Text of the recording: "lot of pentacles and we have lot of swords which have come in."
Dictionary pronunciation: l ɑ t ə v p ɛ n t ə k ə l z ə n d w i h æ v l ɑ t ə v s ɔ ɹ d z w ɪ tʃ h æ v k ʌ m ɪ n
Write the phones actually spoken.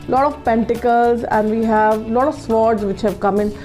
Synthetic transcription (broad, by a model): l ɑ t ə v p ɛ n t ə k ə l z ə n d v i h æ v l ɑ t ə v s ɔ ɹ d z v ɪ tʃ h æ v k ʌ m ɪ n